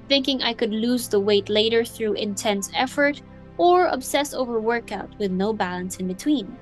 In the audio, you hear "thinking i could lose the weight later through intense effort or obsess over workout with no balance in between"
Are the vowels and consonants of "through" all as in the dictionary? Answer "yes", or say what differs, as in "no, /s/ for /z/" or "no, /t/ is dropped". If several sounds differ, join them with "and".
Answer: yes